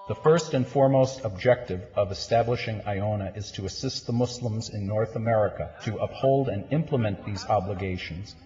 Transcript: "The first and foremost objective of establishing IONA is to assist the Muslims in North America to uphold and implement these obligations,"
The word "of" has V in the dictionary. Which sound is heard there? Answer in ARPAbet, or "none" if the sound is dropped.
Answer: V